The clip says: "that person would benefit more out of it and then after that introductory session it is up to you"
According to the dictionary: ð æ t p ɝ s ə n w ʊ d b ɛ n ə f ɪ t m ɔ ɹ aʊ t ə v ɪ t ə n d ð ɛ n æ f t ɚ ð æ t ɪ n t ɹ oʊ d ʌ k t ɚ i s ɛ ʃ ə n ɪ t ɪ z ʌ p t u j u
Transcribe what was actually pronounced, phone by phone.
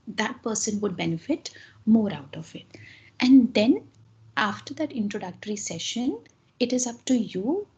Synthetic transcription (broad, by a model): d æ t p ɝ s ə n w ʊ d b ɛ n ə f ɪ t m ɔ ɹ aʊ t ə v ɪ t ə n d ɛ n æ f t ɚ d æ t ɪ n t ɹ oʊ d ʌ k t ɚ i s ɛ ʃ ə n ɪ t ɪ z ʌ p t u j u